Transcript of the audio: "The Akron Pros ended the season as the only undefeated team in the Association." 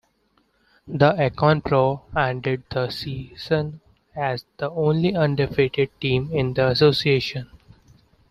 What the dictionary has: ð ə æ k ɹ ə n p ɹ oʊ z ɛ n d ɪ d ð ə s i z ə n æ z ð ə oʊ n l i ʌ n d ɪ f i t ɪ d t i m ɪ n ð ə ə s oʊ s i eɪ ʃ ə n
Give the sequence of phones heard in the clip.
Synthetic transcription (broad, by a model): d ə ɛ k ə n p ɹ oʊ ɛ n d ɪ d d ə s i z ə n æ z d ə oʊ n l i ʌ n d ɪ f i t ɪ d t i m ɪ n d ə ə s oʊ s i eɪ ʃ ə n